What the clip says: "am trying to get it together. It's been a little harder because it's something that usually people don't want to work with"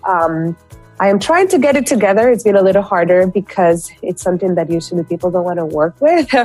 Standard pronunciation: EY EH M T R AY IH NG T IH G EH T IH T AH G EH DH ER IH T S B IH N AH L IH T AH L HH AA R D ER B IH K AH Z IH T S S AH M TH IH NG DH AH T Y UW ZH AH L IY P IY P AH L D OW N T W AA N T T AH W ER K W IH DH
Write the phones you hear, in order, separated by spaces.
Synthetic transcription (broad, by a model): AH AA M T R AY IH NG T IH G EH T IH T AH G EH DH ER IH T S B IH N AH L IH T L HH AA R D ER B IH K AH Z IH T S S AH M TH IH NG DH AH T Y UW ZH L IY P IY P L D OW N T W AA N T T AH W ER K W IH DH